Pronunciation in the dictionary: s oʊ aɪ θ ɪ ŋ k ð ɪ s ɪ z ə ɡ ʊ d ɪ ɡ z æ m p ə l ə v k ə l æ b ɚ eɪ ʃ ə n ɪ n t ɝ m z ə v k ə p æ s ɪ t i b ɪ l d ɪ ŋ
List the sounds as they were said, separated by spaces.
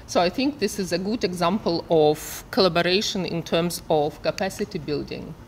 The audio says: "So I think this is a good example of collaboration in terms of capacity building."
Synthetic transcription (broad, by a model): s oʊ aɪ θ ɪ ŋ k ð ɪ s ɪ z ə ɡ ʊ d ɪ ɡ z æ m p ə l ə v k ə l æ b ɚ eɪ ʃ ə n ɪ n t ɝ m z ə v k ə p æ s ɪ t i b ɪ l d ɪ ŋ